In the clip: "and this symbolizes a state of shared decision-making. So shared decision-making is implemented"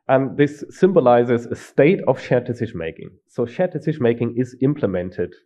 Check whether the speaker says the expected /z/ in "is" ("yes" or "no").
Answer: yes